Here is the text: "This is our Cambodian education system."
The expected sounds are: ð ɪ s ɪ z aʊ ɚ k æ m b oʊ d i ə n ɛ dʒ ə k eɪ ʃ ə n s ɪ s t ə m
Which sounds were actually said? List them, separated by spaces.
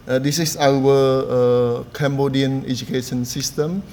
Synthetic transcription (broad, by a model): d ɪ s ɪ s aʊ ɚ k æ m b oʊ d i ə n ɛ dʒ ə k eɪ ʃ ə n s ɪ s t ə m